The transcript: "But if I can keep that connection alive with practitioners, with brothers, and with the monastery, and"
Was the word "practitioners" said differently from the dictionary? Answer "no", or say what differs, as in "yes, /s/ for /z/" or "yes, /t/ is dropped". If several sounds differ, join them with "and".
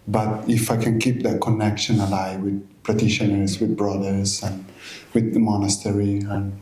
yes, /k/ is dropped and /s/ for /z/